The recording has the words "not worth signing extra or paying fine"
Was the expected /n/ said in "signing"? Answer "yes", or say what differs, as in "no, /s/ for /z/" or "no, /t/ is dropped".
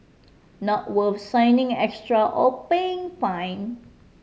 yes